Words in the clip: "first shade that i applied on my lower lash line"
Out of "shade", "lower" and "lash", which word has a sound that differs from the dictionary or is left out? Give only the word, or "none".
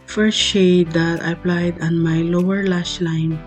lash